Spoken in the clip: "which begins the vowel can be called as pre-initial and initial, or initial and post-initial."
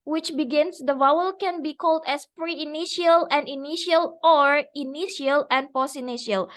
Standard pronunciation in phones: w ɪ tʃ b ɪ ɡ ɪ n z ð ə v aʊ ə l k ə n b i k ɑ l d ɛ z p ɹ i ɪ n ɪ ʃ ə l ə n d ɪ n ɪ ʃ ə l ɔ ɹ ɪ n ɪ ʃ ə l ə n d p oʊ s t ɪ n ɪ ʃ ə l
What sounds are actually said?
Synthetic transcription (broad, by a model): w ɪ tʃ b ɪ ɡ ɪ n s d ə v aʊ ə l k ə n b i k ɑ l d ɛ s p ɹ i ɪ n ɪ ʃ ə l ə n d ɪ n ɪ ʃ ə l ɔ ɹ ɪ n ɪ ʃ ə l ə n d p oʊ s ɪ n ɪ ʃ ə l